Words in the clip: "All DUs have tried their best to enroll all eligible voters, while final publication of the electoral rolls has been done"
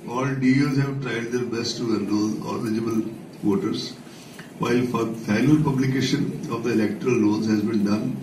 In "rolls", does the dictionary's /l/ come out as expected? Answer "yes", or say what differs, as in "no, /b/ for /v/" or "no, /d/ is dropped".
no, /n/ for /l/